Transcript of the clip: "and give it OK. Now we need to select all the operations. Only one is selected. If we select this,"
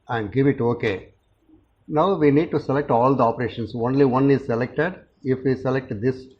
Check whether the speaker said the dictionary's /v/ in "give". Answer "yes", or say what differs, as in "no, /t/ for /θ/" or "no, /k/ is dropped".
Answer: yes